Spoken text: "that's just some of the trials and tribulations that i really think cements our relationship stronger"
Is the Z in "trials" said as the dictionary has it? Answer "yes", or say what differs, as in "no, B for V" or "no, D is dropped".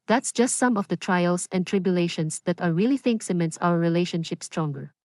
no, S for Z